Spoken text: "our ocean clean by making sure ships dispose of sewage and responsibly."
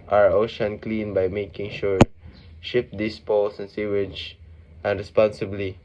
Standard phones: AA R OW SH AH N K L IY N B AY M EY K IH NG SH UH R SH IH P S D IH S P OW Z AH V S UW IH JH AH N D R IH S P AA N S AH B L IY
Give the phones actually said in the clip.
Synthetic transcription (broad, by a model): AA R OW SH AH N K L IY N B AY M EY K IH NG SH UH R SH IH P D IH S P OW S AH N S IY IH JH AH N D R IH S P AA N S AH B L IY